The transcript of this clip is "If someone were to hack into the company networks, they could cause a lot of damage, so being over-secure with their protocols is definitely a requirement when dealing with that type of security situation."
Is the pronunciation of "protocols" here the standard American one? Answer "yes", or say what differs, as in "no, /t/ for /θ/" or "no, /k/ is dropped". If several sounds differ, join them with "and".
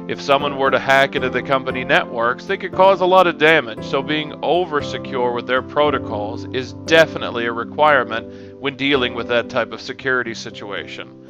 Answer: yes